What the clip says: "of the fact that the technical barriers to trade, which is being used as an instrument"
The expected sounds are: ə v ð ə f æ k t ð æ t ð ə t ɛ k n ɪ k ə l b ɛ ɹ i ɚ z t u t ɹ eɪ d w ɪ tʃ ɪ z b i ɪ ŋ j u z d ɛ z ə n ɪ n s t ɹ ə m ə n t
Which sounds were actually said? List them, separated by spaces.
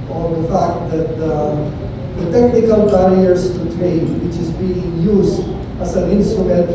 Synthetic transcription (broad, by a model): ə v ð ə f æ k t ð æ t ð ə t ɛ k n ɪ k ə l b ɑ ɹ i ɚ s t u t ɹ eɪ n w ɪ tʃ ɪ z b i ɪ ŋ j u s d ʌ s ə n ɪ n s t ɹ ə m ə n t